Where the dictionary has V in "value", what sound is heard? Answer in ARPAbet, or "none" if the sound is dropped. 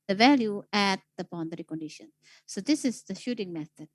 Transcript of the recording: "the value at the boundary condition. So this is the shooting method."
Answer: V